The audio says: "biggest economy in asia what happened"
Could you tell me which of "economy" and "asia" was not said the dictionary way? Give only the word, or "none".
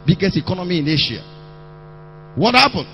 asia